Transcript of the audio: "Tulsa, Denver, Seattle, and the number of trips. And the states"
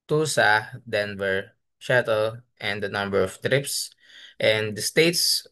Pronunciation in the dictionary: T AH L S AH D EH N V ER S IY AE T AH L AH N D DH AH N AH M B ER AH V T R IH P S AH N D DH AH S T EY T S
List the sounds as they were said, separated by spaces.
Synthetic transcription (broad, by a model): T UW S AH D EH N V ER SH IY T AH L AH N D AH N AH M B ER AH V T R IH P S AH N D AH S T EY T S